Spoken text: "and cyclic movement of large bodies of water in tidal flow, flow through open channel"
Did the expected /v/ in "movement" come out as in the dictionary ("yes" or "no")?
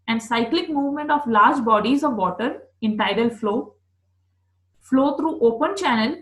yes